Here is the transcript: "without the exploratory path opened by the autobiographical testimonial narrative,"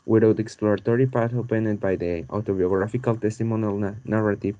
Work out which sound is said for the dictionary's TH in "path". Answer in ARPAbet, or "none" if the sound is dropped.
T